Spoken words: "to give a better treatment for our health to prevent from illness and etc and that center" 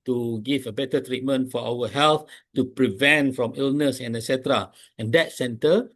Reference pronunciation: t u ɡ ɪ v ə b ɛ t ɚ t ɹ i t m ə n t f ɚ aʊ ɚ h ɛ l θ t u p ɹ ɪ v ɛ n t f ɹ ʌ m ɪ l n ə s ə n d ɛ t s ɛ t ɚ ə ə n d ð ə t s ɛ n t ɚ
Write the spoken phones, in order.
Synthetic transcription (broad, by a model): t u ɡ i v ə b ɛ t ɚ t ɹ i t m ə n t f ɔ aʊ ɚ h ɛ l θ t u p ɹ ɪ v ɛ n t f ɹ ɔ m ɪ l n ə s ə n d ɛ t s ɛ t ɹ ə ə n d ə t s ɛ n t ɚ